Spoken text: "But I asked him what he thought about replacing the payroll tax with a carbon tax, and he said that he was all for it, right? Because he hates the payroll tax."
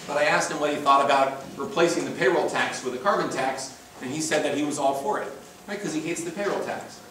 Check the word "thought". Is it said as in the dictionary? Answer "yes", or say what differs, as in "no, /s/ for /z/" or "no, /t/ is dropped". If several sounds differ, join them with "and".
yes